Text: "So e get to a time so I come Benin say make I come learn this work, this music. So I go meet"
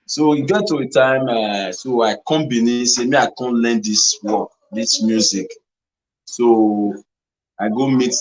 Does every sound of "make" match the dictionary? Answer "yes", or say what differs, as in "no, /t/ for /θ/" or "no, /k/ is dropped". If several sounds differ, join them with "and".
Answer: no, /k/ is dropped